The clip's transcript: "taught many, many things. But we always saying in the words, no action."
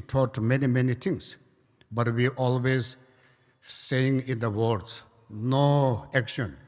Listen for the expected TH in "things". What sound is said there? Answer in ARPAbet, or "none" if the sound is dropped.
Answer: T